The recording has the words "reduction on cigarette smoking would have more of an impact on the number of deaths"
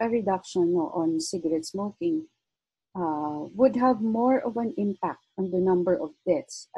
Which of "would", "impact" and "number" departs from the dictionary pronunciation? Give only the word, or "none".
none